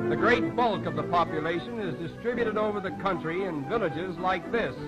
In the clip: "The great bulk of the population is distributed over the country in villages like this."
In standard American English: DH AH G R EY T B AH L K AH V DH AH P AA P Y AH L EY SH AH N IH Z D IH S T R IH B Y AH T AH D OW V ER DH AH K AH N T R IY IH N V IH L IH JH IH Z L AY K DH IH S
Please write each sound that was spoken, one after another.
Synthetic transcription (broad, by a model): DH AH G R EY T B AH L K AH V DH AH P AA P Y AH L EY SH AH N IH Z D IH S T R IH B Y AH T AH D OW V ER DH AH K AH N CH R IY IH N V IH L IH JH IH Z L AY K DH IH S